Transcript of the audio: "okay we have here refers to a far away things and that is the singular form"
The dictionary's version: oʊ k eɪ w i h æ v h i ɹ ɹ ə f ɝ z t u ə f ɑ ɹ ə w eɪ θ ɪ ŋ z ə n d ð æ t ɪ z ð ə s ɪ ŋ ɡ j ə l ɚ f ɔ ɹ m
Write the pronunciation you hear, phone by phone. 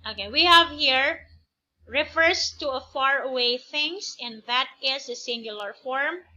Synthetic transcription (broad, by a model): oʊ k eɪ w i h æ v h i ɹ ɹ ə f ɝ s t u ə f ɑ ɹ ə w eɪ θ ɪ ŋ s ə n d ð æ t ɪ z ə s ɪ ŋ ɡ j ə l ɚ f ɔ ɹ m